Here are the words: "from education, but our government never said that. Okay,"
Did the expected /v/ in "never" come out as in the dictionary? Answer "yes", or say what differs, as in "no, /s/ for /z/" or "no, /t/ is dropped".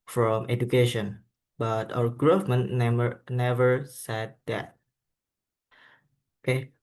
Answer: yes